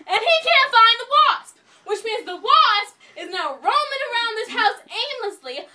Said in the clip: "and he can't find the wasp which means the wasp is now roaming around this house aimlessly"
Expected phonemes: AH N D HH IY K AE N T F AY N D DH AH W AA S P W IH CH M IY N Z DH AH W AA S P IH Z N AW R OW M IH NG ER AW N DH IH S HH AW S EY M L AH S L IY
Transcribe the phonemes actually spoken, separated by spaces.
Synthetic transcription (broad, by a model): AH N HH IY K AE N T F AY N DH AH W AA S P W IH CH M IY N Z DH AH W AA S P IH Z N AW R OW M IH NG ER AW N DH IH S HH AW S EY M L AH S L IY